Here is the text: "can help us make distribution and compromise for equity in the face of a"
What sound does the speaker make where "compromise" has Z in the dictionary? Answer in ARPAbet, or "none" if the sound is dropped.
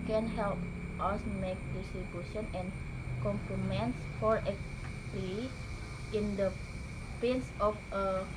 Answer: S